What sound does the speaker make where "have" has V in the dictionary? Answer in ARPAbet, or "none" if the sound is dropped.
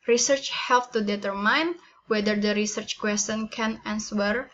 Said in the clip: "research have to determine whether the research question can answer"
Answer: P